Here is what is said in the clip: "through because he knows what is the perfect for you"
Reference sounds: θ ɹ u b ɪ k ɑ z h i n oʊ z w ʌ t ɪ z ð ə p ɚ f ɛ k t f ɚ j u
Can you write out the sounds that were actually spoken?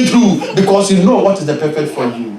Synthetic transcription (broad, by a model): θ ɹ u b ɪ k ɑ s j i n oʊ w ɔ t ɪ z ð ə p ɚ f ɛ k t f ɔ j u